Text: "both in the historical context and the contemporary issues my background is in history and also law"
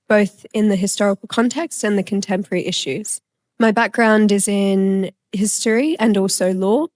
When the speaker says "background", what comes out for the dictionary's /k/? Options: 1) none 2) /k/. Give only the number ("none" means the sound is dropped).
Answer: 2